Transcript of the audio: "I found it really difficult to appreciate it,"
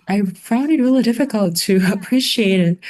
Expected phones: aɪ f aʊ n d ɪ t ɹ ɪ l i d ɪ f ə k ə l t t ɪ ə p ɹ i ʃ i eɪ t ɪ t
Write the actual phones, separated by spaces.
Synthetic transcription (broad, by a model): aɪ f aʊ n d ɪ t ɹ ɪ l i d ɪ f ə k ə l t t ɪ ə p ɹ i ʃ i eɪ t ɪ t